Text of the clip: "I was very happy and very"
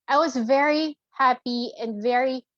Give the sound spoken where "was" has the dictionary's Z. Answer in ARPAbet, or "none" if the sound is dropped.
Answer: Z